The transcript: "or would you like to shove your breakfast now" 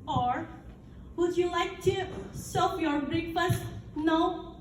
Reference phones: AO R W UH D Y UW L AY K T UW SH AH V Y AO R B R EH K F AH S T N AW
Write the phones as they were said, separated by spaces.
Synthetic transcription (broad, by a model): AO R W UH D Y UW L AY K T UW S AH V Y AO R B R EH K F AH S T N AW